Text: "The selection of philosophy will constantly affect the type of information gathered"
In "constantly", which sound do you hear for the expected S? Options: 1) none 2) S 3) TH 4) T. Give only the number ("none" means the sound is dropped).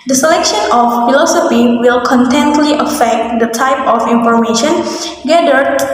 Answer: 1